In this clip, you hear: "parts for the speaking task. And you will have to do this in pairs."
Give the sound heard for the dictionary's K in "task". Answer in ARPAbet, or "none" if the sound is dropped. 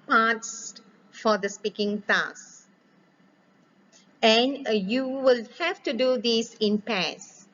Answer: none